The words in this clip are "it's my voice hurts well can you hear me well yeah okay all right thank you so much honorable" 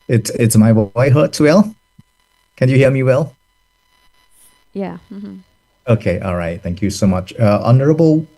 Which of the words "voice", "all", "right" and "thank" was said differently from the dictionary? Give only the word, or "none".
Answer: voice